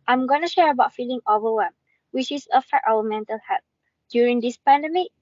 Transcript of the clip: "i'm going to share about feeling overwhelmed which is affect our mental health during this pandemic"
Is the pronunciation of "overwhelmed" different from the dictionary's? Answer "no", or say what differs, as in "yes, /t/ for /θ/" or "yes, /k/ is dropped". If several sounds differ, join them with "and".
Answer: yes, /l/ is dropped